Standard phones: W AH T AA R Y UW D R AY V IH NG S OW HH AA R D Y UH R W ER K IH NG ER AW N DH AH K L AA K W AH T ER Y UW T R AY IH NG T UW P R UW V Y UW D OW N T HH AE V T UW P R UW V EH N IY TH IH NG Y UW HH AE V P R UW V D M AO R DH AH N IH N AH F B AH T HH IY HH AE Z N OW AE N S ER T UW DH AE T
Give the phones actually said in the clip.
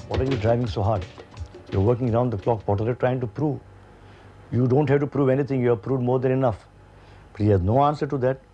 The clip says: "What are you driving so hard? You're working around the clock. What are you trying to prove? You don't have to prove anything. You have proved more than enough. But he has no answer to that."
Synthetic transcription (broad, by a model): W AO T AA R Y UW D R AY V IH NG S OW HH AA R D Y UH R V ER K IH NG ER AW N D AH K L AA K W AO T ER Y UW T R AY IH NG T UW P R UW V Y UW D OW N T HH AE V T UW P R UW V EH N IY T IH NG Y UW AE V P R UW V D M AO R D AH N IH N AH F B AH T HH IY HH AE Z N OW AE N S ER T UW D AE T